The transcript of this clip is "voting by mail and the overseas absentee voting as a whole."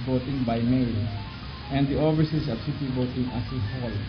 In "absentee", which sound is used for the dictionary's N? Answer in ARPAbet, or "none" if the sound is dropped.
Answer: none